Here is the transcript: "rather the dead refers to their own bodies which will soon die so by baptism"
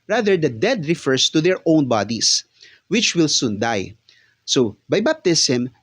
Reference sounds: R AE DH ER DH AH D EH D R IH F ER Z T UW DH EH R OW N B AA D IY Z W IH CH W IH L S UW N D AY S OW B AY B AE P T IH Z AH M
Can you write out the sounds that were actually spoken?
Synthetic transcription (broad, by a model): R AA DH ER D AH D EH D R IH F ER S T UW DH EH R OW N B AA D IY S W IH CH W IH L S UW N D AY S OW B AY B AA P T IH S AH M